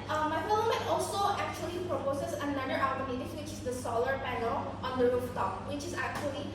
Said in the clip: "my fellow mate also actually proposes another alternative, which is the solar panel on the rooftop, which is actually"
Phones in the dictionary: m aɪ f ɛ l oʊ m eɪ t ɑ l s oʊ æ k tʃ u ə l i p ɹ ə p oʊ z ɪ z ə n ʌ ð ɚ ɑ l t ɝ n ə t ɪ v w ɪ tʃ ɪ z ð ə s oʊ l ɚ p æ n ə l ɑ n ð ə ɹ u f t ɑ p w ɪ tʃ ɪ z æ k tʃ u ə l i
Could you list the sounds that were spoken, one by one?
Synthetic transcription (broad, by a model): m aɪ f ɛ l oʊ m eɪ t ɑ l s oʊ æ k tʃ u ə l i p ɹ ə p oʊ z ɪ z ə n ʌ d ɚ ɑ t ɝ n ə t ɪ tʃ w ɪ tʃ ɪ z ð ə s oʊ l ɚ p æ n ə l ɑ n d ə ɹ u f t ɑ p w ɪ tʃ ɪ z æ k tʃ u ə l i